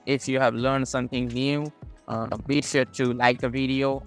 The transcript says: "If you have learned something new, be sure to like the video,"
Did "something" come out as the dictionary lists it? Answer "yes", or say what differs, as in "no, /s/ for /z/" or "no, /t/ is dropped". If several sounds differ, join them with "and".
yes